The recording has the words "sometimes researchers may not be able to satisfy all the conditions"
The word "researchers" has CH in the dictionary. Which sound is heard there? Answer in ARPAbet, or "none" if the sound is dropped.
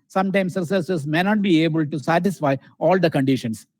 S